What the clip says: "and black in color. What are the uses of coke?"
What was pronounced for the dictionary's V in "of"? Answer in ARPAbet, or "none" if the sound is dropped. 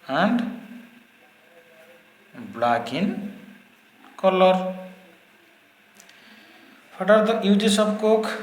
B